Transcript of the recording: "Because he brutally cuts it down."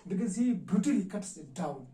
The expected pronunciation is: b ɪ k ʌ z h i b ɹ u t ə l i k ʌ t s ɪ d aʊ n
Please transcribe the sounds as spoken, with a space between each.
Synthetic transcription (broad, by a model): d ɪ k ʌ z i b u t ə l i k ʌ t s ɪ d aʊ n